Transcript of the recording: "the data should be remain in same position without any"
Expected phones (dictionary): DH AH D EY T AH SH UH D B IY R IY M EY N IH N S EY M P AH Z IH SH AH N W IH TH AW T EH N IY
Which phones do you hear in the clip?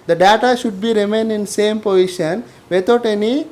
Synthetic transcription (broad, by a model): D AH D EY T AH SH UH D B IY R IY M EY N IH N S EY M P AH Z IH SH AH N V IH T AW T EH N IY